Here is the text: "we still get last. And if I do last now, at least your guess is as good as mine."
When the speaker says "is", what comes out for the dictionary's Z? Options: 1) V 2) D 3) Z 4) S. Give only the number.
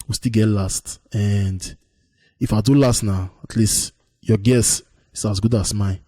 4